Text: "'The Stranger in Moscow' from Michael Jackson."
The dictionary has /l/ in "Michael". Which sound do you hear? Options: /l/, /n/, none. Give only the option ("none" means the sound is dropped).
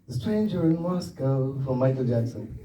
/l/